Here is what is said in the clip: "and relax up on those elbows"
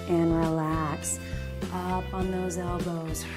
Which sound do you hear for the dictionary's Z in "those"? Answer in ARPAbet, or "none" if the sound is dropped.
Z